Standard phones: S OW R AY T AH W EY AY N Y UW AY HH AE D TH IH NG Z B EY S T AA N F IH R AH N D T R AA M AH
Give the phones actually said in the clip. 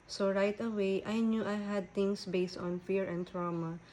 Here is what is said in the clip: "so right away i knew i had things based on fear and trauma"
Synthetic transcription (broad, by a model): S OW R AY T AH W EY AY N Y UW AY HH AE D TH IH NG S B EY S T AA N F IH R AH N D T R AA M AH